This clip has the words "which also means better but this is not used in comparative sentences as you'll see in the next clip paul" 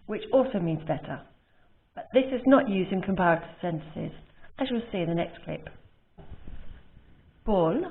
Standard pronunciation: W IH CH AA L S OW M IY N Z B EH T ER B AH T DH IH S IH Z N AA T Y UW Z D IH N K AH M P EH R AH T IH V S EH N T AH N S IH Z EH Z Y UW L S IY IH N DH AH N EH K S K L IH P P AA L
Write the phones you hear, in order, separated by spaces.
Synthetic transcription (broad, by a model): W IH CH AA L S OW M IY N Z B EH T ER B AH T DH IH S IH Z N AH T Y UW Z D IH N K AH M P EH R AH T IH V S EH N T AH N S IH Z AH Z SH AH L S IY IH N DH AH N EH K S K L IH P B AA L